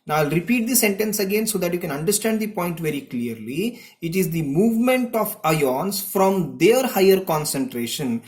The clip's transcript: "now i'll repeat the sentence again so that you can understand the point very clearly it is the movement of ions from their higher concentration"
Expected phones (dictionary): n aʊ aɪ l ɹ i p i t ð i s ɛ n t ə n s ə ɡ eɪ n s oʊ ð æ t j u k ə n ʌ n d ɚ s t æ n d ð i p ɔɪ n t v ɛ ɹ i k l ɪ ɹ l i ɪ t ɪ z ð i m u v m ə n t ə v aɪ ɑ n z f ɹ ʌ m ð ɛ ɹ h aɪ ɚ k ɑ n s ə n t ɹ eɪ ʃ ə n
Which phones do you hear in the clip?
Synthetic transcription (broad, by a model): n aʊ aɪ l ɹ i p i t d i s ɛ n t ə n s ə ɡ eɪ n s oʊ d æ t j u k ə n ʌ n d ɚ s t æ n d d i p ɔɪ n t v ɛ ɹ i k l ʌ ɹ l i ɪ t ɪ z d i m u v m ə n t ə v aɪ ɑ n s f ɹ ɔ m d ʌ ɹ h aɪ ɚ k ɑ n s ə n t ɹ eɪ ʃ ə n